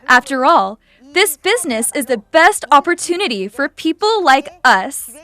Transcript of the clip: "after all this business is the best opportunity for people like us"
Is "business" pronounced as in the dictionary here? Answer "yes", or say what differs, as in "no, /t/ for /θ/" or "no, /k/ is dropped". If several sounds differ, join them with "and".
yes